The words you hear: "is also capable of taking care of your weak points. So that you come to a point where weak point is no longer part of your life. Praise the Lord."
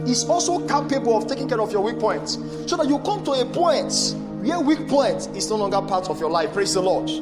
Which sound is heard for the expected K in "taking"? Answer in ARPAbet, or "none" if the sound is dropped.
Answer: K